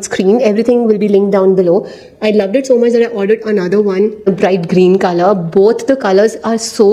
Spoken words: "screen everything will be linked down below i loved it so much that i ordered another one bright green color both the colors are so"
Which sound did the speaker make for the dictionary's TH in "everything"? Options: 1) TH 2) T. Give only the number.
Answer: 2